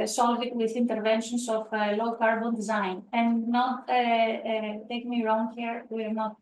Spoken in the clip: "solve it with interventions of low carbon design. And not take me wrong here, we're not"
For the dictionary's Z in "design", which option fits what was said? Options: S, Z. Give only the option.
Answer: Z